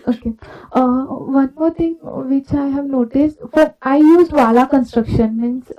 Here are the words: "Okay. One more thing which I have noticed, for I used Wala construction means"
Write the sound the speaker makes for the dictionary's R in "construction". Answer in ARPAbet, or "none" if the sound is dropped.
R